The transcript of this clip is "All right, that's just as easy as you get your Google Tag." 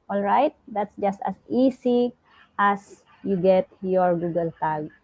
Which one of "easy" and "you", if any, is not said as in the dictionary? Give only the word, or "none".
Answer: easy